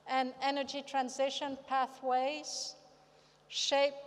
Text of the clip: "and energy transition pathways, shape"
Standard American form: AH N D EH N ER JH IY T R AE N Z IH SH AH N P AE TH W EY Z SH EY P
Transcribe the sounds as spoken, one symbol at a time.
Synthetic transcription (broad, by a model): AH N EH N ER JH IY T R AE N Z IH SH AH N P AE TH W EY Z SH EY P